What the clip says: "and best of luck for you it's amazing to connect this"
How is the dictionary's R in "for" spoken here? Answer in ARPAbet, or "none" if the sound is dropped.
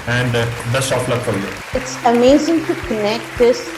L